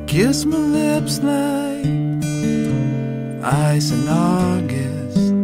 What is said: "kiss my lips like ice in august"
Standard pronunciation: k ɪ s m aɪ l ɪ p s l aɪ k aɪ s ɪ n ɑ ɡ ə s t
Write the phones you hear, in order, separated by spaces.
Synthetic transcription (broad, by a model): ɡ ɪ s m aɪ l ɪ p s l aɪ aɪ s ɪ n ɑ ɡ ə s